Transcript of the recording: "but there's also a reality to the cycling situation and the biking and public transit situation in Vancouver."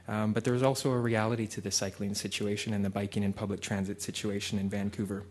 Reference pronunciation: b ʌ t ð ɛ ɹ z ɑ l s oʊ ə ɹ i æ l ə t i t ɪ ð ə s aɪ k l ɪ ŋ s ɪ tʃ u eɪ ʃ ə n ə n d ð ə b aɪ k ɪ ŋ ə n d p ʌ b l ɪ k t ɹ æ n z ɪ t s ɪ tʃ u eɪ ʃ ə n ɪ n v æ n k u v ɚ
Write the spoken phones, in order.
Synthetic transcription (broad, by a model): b ʌ t ð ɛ ɹ z ɑ l s oʊ ə ɹ i æ l ə t i t ɪ ð ə s aɪ k l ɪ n s ɪ tʃ u eɪ ʃ ə n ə n ð ə b aɪ k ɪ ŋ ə n p ʌ b l ɪ k t ɹ æ n z ɪ t s ɪ tʃ u eɪ ʃ ə n ɪ n v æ n k u v ɚ